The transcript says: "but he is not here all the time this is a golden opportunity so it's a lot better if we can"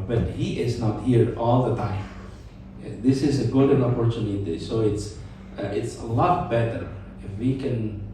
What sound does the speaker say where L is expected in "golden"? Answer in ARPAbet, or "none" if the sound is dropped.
none